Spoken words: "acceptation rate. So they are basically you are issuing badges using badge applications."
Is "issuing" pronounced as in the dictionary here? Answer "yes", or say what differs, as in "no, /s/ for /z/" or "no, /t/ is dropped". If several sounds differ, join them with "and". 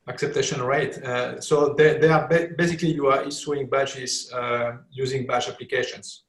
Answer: no, /s/ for /ʃ/